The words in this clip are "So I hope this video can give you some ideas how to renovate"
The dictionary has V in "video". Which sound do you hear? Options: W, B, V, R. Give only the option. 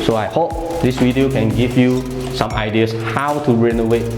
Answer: W